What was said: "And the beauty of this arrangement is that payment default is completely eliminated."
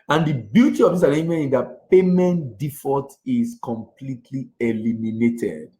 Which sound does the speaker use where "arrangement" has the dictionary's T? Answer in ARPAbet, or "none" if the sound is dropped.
none